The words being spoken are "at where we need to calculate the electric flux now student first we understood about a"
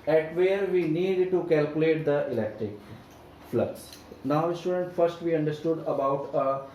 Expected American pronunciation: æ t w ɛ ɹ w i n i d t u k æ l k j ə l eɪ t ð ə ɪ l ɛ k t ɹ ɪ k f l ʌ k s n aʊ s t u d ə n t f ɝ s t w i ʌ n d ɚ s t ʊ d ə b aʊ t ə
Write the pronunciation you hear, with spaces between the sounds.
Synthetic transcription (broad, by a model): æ t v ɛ ɹ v i n i d t u k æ l k j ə l eɪ t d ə ɪ l ɛ k t ɹ ɪ k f l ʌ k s n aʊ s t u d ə n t f ɝ s t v i ʌ n d ɚ s t ʊ d ə b aʊ t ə